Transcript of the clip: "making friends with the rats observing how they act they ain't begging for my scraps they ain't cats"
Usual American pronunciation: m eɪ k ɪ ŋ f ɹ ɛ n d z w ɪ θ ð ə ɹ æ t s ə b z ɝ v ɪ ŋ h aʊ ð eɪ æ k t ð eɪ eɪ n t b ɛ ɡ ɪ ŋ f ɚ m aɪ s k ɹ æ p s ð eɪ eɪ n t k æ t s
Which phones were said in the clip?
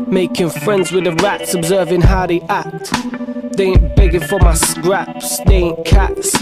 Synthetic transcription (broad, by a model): m eɪ k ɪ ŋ f ɹ ɛ n d z w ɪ ð ə ɹ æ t s ə b z ɝ v ɪ ŋ h aʊ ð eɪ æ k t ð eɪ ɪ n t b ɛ ɡ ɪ f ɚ m aɪ s k ɹ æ p s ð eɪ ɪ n k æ t s